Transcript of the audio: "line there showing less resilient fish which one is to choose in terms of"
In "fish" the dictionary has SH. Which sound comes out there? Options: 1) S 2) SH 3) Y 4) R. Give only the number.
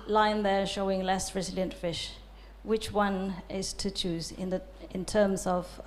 2